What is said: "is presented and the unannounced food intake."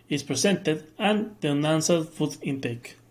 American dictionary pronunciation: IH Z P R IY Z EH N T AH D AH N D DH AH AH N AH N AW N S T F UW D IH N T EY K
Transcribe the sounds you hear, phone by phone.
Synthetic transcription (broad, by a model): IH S P R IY S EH N T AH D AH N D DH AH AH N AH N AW N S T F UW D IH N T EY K